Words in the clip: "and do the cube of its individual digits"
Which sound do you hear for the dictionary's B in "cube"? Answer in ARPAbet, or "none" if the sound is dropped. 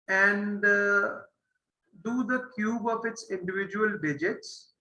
B